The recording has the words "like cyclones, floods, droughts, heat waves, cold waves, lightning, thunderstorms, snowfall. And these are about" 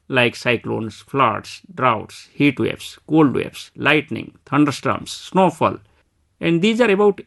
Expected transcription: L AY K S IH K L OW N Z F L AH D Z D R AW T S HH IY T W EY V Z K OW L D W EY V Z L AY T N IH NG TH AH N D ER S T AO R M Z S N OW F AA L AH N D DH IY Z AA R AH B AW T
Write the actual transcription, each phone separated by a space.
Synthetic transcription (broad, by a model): L AY K S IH K L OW N S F L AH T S D R AW T S HH IY T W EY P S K OW L D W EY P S L AY T N IH NG T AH N D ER S T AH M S N OW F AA L AH N D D IY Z AA R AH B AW T